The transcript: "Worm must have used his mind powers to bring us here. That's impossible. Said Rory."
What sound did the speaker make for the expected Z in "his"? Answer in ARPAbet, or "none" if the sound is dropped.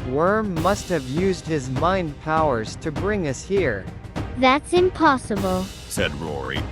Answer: Z